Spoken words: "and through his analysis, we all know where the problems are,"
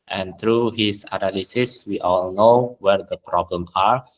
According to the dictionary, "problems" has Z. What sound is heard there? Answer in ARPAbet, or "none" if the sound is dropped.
none